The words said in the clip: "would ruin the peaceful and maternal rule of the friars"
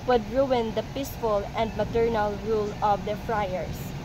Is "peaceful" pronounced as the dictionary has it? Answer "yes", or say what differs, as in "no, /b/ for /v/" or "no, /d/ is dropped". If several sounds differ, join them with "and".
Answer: yes